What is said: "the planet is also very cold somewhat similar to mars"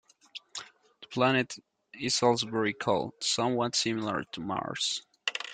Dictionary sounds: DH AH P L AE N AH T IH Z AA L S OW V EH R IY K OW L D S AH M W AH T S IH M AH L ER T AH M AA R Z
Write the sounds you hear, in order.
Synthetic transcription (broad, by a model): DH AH P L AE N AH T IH S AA L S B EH R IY K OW L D S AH M W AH T S IH M AH L ER T AH M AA R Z